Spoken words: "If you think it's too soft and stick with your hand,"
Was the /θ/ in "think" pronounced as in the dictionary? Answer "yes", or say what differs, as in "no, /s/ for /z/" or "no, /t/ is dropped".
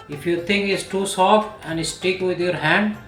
no, /t/ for /θ/